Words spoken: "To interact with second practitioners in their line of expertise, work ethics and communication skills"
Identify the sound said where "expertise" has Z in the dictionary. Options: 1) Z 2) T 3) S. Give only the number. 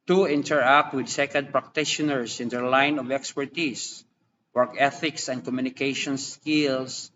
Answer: 3